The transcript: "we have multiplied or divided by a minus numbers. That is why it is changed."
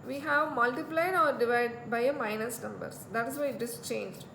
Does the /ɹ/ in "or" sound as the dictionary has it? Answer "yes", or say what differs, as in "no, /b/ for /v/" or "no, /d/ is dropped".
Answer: yes